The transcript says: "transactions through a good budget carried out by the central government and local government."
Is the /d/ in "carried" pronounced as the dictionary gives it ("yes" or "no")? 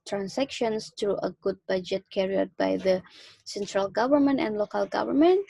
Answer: no